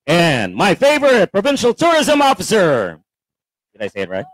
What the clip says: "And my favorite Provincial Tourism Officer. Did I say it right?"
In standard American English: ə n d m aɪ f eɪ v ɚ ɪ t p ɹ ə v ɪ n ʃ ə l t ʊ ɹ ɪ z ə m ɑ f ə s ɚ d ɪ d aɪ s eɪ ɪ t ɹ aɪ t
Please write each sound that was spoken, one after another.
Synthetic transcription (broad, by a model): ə n m aɪ f eɪ v ɚ ɪ t p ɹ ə v ɪ n ʃ l t ʊ ɹ ɪ z ə m ɑ f ə s ɚ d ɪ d aɪ s eɪ ɪ t ɹ aɪ t